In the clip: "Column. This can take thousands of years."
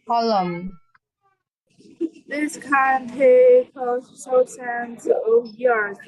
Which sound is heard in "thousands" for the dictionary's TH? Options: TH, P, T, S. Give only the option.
S